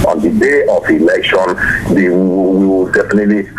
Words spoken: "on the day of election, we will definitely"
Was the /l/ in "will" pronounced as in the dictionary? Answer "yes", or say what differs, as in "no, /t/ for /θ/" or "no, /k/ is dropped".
no, /w/ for /l/